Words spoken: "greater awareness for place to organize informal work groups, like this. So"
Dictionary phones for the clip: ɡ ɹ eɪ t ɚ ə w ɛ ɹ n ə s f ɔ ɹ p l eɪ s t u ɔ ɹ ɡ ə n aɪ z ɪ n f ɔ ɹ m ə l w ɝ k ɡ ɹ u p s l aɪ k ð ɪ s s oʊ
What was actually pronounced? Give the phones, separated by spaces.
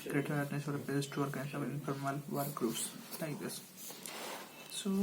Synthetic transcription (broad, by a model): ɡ ɹ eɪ t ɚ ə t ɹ n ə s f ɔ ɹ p eɪ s t u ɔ ɹ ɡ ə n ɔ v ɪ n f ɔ ɹ m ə l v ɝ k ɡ ɹ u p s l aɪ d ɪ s s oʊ